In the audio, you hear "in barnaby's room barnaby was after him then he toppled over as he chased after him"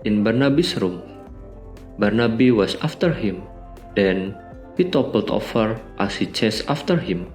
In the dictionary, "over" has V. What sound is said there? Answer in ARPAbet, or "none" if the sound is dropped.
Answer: F